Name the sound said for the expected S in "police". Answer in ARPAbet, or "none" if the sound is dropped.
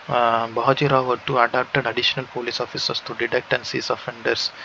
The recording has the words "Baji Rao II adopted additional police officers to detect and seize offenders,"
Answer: S